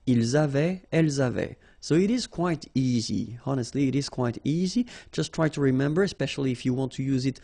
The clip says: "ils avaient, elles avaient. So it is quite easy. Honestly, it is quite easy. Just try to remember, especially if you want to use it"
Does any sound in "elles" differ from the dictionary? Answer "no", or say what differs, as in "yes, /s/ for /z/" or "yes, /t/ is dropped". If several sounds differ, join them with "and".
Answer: no